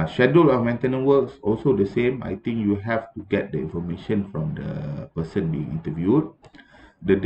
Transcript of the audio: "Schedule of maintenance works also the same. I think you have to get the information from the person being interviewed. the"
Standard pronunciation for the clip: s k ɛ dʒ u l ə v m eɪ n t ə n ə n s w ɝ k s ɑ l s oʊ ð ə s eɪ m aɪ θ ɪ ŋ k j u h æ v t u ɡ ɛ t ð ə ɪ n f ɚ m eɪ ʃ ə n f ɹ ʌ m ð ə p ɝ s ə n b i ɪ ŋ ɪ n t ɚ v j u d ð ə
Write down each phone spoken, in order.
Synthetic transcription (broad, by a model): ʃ ɛ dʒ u l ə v m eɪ n t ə n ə n w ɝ k s ɑ l s oʊ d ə s eɪ m aɪ t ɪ ŋ k j u h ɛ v t u ɡ ɛ t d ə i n f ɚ m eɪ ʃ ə n f ɹ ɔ m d ə p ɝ s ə n b i ɪ ŋ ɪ n t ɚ v j u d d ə